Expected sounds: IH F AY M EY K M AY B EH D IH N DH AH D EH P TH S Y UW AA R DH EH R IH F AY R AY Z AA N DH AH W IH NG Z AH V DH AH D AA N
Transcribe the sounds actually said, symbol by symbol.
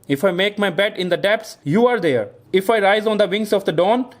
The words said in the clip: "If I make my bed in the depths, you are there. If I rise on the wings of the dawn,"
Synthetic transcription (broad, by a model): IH F AY M EY K M AY B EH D IH N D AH D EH P S Y UW AA R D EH R IH F AY R AY Z AA N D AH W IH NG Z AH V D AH D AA N